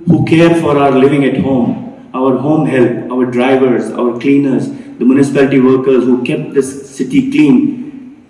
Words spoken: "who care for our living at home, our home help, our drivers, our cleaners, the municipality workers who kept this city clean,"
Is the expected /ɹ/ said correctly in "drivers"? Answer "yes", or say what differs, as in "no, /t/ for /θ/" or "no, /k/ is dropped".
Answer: yes